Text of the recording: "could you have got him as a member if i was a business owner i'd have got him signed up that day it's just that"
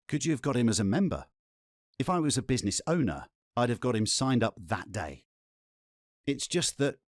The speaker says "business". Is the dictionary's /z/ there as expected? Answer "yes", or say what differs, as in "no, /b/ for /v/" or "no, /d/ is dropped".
yes